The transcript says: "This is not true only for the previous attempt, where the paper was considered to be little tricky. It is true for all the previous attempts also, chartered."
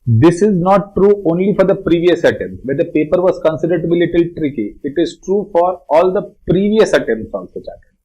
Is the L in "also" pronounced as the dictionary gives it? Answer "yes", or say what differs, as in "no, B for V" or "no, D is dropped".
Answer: no, L is dropped